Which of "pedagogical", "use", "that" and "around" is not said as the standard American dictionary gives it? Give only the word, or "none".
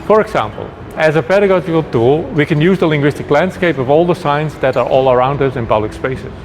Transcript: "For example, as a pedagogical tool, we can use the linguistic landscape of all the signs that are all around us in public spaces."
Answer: none